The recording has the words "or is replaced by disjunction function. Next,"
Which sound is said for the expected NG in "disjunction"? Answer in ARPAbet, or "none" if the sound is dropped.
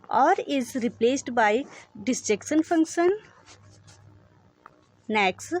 none